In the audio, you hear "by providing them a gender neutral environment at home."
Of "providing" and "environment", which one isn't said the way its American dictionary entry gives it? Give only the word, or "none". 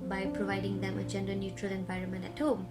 none